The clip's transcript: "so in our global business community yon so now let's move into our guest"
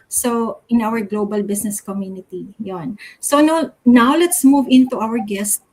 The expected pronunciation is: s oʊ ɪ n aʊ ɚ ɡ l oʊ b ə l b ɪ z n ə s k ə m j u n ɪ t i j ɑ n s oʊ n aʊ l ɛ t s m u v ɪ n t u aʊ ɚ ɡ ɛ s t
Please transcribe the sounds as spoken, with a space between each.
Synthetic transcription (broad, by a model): s oʊ ɪ n aʊ ɚ ɡ l oʊ b ə l b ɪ s n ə s k ə m j u n ɪ t i j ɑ n s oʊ n aʊ l ɛ t s m u v ɪ n t u aʊ ɚ ɡ ɛ s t